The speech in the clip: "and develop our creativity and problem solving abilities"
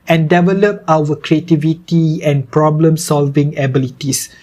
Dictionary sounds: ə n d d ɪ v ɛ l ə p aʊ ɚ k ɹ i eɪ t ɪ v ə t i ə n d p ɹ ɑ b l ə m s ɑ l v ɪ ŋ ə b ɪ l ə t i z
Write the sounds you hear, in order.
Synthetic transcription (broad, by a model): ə n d d ɪ v ɛ l ə p aʊ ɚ k ɹ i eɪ t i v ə t i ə n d p ɹ ɑ b l ə m s ɑ l v ɪ ŋ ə b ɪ l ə t i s